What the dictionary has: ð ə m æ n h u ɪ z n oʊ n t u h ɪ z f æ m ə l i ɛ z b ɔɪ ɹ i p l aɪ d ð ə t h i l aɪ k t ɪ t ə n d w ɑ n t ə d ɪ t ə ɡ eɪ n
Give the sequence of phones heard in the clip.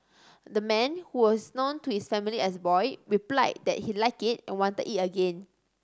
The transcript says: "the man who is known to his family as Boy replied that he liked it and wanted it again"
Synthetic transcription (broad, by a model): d ə m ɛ n h u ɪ s n oʊ n t u h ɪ s f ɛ m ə l i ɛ s b ɔɪ ɹ i p l aɪ d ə t h i l aɪ k ɪ t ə n w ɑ n t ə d ɪ t ə ɡ eɪ n